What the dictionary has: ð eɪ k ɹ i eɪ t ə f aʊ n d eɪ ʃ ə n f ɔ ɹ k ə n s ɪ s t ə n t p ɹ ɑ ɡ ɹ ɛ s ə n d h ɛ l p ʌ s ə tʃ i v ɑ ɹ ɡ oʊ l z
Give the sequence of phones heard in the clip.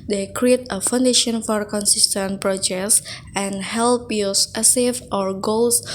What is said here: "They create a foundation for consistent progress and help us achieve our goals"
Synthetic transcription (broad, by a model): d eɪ k ɹ i eɪ t ə f aʊ n d eɪ ʃ ə n f ɔ ɹ k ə n s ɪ s t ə n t p ɹ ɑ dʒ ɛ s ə n h ɛ l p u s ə s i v ɑ ɹ ɡ oʊ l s